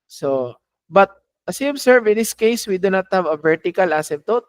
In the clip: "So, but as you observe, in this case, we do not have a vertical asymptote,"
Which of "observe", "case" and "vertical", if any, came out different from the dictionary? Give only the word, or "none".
observe